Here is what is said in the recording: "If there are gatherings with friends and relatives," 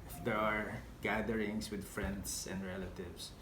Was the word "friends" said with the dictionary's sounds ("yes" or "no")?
no